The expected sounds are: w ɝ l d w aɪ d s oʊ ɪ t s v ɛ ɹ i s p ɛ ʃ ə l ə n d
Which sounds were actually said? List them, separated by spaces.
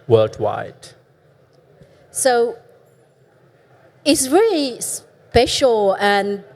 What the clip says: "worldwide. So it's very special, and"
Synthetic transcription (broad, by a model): w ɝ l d w aɪ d s oʊ ɪ t s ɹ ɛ l i s p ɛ ʃ l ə n